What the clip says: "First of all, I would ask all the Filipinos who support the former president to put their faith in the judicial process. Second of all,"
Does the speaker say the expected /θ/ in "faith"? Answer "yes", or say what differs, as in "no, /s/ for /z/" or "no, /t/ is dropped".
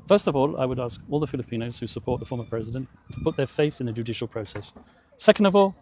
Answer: yes